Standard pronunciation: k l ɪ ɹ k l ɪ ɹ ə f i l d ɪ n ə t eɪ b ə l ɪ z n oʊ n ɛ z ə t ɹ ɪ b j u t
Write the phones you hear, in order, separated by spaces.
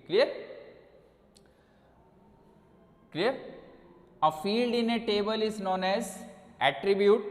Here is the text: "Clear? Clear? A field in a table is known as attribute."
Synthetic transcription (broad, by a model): k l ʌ ɹ k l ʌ ɹ ə f i l d ɪ n ə t eɪ b ə l ɪ z n oʊ n ɛ z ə t ɹ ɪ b j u t